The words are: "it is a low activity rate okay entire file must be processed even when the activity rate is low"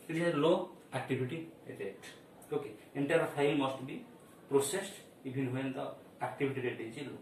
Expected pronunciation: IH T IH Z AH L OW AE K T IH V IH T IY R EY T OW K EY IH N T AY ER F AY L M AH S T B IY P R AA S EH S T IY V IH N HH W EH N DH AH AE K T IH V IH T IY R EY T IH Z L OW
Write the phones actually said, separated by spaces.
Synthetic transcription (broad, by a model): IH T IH AH L OW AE K T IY B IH T IY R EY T OW K EY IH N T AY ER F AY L M AH S T B IY P R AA S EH S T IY B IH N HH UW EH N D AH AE K T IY B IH T IY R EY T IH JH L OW